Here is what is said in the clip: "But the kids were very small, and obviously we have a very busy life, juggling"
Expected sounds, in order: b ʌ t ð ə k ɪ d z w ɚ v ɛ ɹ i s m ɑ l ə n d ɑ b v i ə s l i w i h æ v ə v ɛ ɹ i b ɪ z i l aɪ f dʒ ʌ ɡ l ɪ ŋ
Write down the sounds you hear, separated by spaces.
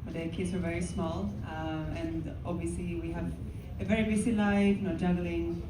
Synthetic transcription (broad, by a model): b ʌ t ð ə k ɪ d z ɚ v ɛ ɹ i s m ɑ l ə n ɑ b v i ə s l i w i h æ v ə v ɛ ɹ i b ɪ s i l aɪ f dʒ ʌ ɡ l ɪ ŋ